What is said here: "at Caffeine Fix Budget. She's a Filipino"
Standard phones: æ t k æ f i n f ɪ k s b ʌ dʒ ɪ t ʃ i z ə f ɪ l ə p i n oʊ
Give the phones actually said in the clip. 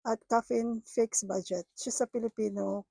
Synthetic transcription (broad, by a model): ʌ t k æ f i n f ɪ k s b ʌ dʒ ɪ t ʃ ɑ s ə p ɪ l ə p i n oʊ